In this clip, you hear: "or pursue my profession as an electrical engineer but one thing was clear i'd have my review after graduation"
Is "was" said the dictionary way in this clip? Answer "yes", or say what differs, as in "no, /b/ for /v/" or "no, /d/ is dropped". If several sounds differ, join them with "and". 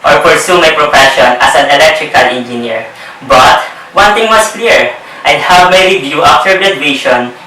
no, /s/ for /z/